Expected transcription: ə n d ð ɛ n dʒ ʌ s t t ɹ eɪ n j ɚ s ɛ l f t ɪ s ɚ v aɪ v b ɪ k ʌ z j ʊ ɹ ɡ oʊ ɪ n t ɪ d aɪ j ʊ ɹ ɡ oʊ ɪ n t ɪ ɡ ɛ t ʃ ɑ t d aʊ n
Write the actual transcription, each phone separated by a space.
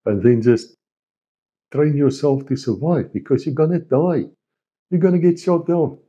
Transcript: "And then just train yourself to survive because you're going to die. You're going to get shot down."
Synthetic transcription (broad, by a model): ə n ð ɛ n dʒ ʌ s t t ɹ eɪ n j ɚ s ɛ l f t ɪ s ɚ v aɪ v b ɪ k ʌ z j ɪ ɡ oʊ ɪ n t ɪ d aɪ j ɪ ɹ ɡ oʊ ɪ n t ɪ ɡ ɛ t s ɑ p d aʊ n